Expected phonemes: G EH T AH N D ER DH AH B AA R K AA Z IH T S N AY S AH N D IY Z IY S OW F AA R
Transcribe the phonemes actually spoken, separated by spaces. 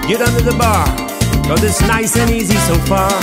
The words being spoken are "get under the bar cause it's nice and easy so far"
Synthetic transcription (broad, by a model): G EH T AH N D ER DH AH B AA R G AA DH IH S N AY S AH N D IY Z IY S OW F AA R